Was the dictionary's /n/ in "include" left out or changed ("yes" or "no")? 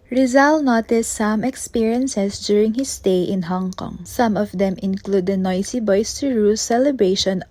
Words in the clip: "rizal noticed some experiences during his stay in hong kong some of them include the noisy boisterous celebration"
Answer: no